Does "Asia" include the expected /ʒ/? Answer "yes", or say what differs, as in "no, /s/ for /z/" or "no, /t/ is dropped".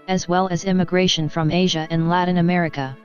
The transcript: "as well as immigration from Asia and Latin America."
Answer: yes